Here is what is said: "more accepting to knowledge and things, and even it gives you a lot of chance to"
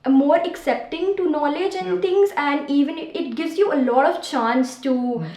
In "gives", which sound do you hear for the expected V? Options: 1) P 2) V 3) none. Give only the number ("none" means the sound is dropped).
2